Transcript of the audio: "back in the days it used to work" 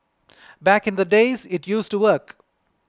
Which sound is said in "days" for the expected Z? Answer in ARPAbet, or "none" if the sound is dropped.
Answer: Z